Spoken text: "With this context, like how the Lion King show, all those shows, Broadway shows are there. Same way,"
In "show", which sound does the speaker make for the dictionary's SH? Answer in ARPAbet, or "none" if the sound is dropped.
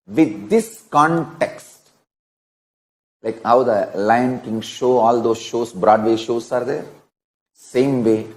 SH